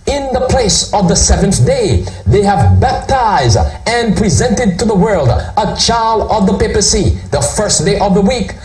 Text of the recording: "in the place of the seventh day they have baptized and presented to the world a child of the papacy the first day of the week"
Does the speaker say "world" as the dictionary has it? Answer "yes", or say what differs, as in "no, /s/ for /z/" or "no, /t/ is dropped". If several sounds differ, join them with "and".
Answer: yes